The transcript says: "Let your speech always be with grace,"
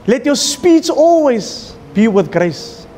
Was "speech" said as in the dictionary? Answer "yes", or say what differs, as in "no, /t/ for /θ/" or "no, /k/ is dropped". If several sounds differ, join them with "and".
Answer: no, /s/ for /tʃ/